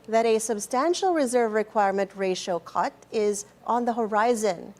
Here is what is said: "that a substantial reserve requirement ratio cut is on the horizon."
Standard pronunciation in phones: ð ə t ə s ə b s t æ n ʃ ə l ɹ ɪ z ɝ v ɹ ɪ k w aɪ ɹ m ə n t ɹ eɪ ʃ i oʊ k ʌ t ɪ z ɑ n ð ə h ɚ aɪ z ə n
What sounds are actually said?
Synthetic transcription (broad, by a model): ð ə t ə s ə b s t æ n ʃ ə l ɹ ɪ z ɝ v ɹ ɪ k w aɪ ɹ m ə n t ɹ eɪ ʃ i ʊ k ʌ t ɪ z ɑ n ð ə h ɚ aɪ z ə n